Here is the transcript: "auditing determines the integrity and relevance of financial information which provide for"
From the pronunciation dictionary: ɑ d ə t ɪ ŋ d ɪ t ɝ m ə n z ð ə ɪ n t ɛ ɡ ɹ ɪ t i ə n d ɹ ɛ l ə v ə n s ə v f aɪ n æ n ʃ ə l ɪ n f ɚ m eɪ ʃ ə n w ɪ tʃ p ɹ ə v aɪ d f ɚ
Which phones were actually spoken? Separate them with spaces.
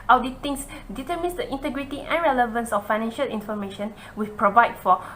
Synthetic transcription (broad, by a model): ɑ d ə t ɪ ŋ d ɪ t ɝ m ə n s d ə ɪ n t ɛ ɡ ɹ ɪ t i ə n ɹ ɛ l ə v ə n s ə f aɪ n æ n ʃ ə l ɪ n f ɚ m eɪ ʃ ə n w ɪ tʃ p ɹ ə v aɪ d f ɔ